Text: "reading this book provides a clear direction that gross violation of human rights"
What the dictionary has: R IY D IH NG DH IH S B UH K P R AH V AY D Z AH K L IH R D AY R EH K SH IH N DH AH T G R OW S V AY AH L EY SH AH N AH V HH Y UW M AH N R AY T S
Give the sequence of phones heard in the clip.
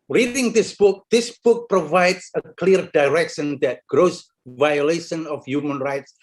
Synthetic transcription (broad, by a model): R IY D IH NG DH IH S B UH K P R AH V AY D S AH K L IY R D AY R EH K SH IH N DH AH T G R OW S V AY AH L EY SH AH N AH F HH Y UW M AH N R AY T S